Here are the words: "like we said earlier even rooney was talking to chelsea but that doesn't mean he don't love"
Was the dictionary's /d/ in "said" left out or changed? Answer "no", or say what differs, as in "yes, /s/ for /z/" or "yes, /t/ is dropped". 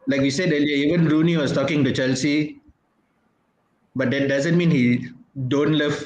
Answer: no